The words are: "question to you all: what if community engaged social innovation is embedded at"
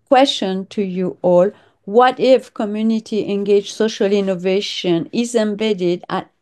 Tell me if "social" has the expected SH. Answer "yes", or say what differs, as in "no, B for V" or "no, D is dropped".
yes